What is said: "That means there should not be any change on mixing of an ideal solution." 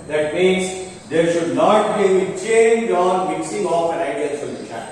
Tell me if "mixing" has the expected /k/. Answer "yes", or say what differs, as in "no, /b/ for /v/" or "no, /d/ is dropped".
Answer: yes